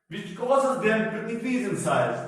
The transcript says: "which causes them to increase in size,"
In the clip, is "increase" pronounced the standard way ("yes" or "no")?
no